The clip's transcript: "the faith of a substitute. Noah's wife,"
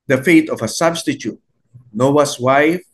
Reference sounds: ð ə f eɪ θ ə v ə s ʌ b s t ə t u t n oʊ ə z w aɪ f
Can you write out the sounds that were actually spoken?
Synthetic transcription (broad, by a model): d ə f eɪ t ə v ə s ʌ b s t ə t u t n oʊ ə s w aɪ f